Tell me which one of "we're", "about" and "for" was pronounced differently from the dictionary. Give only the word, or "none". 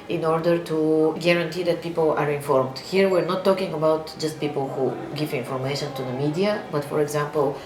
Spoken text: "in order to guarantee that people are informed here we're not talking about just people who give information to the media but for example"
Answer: none